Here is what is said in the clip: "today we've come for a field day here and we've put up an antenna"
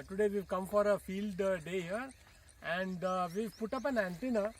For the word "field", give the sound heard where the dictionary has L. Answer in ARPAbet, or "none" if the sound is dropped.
L